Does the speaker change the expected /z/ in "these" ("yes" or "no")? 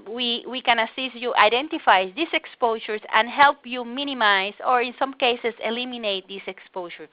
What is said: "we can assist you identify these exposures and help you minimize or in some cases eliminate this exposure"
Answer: yes